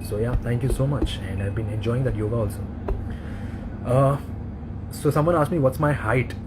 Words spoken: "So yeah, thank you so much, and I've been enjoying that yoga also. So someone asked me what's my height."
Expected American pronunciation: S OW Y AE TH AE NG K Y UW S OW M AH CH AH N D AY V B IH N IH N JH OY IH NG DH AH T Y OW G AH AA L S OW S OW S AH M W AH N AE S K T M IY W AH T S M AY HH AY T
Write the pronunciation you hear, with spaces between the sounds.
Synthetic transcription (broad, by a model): S OW Y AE T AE NG K Y UW S OW M AH CH AH N D AY V B IH N IH N JH OY IH NG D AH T Y OW G AH AA L S OW S OW S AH M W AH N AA S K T M IY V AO T S M AY HH AY T